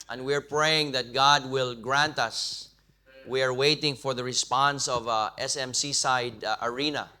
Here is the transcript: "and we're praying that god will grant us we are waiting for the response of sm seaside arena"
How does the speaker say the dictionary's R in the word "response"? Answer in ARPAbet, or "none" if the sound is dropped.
R